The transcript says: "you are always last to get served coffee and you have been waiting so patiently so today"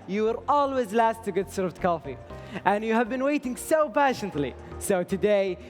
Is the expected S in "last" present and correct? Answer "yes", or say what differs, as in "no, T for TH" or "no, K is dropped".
yes